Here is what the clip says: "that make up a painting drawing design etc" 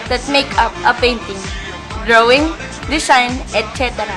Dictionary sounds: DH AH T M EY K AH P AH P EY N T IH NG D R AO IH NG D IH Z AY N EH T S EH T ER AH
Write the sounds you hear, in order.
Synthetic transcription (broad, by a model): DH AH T M EY K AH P AH P EY N T IH NG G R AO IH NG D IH S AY N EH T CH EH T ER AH